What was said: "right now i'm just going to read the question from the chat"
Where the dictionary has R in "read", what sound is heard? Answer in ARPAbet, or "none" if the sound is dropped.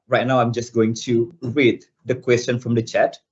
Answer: W